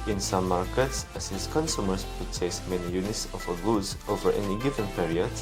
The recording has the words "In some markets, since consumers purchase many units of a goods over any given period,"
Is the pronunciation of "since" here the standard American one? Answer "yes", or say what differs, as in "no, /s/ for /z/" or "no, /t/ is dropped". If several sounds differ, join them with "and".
no, /n/ is dropped